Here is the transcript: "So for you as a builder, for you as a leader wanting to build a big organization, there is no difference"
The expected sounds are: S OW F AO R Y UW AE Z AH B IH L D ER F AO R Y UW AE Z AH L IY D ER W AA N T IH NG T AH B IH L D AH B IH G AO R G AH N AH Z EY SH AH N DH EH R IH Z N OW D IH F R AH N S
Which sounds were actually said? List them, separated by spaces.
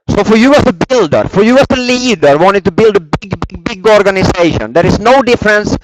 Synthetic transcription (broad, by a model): S OW F AO R Y UW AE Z AH B IH L D ER F AO R Y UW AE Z AH L IY D ER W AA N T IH T AH B IH L D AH B IH G AO R G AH N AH S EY SH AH N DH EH R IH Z N OW D IH F R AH N S